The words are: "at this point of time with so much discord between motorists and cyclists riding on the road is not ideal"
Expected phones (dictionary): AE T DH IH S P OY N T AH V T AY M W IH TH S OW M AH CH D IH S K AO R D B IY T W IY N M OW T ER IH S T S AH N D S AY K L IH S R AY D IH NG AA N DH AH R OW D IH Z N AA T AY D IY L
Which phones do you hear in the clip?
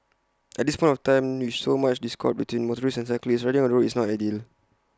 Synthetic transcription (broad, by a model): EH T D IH S P OY N T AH F T AY M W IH S OW M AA CH D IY S K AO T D B IY T W IY N M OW T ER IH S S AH N S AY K L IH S R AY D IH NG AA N R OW IH S N AA T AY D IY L